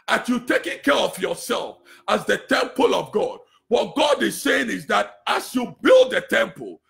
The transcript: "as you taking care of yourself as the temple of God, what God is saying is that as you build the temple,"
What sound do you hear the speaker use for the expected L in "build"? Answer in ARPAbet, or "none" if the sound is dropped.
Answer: L